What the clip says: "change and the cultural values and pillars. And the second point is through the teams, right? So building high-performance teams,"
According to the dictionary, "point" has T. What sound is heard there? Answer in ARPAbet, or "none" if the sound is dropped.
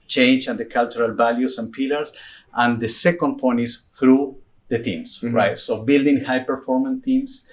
none